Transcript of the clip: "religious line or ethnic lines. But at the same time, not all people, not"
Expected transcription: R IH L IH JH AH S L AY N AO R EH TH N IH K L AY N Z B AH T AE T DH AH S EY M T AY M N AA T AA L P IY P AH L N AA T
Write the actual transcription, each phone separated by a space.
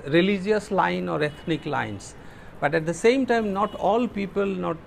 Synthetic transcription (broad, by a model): R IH L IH JH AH S L AY N AO R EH T N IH K L AY N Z B AH T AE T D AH S EY M T AY M N AA T AA L P IY P AH L N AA T